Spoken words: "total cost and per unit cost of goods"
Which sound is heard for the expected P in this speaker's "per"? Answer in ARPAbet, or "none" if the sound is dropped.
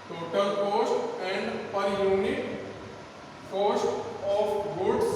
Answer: P